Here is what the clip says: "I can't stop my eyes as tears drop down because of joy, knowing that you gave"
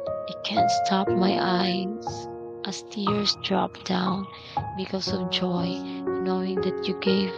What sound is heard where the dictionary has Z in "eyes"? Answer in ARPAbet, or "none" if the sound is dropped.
S